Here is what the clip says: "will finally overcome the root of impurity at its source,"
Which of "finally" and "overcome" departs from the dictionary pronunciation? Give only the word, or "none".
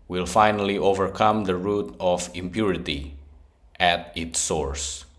none